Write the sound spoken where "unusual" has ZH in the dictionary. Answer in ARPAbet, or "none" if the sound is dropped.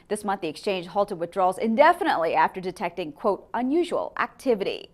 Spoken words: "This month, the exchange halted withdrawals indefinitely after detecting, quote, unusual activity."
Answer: ZH